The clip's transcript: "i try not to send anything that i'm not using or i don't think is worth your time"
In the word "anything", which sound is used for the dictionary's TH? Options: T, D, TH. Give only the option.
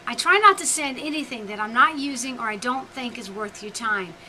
TH